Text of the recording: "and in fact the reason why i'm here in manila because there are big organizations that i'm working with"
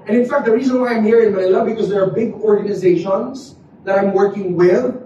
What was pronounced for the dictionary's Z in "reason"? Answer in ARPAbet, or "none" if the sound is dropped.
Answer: Z